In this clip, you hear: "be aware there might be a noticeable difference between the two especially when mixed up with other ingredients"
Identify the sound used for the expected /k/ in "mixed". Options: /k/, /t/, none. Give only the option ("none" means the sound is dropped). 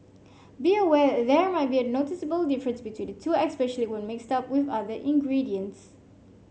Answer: /k/